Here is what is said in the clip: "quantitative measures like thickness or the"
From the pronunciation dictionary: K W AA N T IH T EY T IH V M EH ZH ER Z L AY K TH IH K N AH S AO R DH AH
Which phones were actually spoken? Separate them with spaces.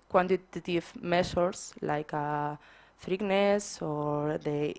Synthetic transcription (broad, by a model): K W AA N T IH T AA T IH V M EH S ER S L AY K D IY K N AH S AO R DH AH